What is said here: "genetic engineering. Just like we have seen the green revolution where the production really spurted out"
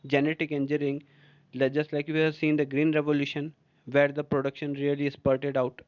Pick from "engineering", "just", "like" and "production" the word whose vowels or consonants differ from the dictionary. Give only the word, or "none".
engineering